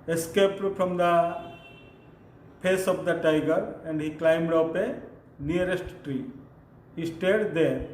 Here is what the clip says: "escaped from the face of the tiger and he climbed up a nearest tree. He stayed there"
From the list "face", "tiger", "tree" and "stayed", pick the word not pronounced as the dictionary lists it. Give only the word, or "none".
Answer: face